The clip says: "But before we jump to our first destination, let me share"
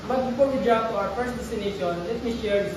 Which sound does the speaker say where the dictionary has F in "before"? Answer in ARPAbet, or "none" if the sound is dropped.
P